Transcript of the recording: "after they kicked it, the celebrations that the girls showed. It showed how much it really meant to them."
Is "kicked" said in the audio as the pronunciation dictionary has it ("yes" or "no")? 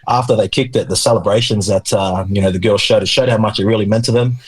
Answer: yes